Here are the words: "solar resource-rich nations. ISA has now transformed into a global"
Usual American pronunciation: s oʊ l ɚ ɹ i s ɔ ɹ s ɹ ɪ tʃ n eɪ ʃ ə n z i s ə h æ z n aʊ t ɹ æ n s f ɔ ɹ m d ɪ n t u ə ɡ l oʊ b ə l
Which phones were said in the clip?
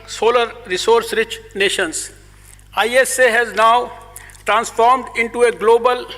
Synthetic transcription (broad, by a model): s oʊ l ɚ ɹ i s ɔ ɹ s ɹ ɪ tʃ n eɪ ʃ ə n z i s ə h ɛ z n aʊ t ɹ æ n s f ɔ ɹ m d ɪ n t u ə ɡ l oʊ b ə l